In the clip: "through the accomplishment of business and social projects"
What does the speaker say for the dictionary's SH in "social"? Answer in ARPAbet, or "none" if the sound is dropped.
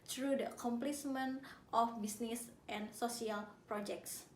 S